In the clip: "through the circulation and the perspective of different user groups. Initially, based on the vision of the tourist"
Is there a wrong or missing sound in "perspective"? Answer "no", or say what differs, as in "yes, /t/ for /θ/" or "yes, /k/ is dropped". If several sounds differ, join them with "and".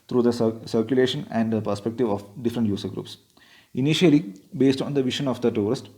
no